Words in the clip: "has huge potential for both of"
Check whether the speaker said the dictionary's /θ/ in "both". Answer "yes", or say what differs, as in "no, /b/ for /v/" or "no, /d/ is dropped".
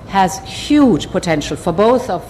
yes